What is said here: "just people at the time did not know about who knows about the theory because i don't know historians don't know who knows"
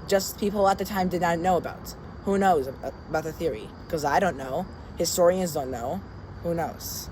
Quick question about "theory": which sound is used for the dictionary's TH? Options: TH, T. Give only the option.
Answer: TH